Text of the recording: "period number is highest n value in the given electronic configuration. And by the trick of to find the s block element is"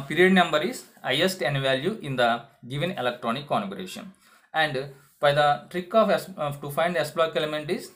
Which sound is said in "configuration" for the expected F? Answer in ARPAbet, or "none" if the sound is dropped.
none